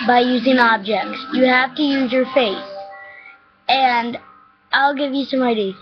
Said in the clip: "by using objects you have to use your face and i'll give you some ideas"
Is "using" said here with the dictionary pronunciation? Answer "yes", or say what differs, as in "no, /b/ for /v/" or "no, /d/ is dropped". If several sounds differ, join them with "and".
yes